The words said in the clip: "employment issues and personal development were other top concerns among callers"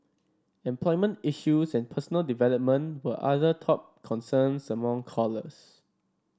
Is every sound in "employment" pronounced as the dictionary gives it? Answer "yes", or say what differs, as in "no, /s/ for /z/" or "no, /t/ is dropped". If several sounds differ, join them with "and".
yes